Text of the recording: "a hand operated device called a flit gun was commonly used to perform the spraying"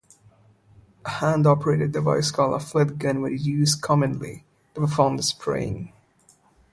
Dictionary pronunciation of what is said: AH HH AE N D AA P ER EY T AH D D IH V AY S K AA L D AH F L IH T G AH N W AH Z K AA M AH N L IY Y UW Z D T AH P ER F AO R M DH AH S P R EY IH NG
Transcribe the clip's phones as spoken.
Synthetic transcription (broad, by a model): AH HH AE N D AA P ER EY T AH D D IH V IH S K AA L AH F L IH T G AH N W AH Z K AA M AH N L IY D T AH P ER F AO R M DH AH S P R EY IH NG